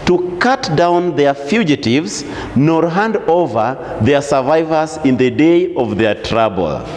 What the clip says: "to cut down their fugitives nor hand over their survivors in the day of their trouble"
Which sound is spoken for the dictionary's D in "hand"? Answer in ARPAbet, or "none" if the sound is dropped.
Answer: D